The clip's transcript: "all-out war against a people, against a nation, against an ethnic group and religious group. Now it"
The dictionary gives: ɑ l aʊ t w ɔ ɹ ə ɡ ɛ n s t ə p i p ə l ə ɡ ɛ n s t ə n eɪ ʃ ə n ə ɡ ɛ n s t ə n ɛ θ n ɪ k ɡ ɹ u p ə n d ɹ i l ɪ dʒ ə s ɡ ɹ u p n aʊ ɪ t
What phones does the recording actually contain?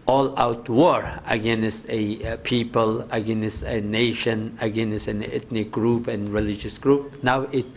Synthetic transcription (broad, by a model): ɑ l aʊ t w ɔ ɹ ə ɡ ɛ n s t ə p i p ə l ə ɡ ɛ n s t ə n eɪ ʃ ə n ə ɡ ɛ n s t ə n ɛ t n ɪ k ɡ ɹ u p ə n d ɹ i l ɪ dʒ ə s ɡ ɹ u p n aʊ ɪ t